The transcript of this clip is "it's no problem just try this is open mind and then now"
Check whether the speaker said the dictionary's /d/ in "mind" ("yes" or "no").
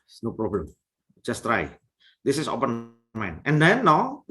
no